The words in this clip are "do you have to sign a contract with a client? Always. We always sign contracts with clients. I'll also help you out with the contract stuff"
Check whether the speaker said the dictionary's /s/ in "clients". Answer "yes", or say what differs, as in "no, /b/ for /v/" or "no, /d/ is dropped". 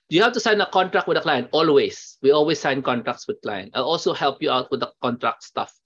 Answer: no, /s/ is dropped